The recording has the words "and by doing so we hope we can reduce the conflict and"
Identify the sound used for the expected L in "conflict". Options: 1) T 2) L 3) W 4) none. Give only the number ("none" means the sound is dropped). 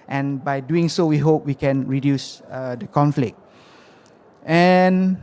2